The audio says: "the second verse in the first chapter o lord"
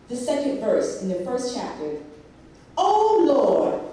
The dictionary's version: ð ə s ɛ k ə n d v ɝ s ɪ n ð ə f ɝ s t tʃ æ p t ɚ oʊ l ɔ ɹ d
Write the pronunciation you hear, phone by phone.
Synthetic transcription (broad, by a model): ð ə s ɛ k ə n d v ɝ s ɪ n ð ə f ɝ s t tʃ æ p t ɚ oʊ l ɔ ɹ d